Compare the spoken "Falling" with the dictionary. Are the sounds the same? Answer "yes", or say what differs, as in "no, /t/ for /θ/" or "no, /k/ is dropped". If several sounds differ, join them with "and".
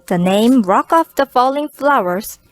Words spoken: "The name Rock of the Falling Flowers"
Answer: yes